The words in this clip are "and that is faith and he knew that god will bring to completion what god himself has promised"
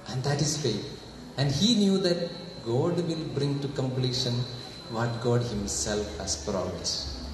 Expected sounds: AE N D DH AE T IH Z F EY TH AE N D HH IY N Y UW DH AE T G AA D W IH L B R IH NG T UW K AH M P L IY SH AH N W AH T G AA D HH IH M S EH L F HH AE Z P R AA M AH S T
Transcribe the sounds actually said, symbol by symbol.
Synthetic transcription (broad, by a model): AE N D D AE T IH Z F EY T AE N D HH IY N Y UW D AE T G AA D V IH L B R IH NG T UW K AH M P L IY SH AH N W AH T G AA D HH IH M S EH L F HH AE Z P R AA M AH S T